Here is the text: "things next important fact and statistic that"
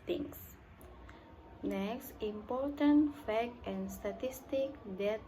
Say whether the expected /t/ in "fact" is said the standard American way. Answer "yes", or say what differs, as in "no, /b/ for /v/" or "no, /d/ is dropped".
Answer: no, /t/ is dropped